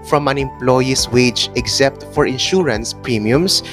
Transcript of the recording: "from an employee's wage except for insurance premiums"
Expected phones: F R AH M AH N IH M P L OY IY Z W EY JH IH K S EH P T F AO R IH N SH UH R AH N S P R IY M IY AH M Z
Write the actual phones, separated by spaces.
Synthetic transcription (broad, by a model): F R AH M AH N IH M P L OY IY S W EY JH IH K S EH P T F AO R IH N SH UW R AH N S P R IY M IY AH M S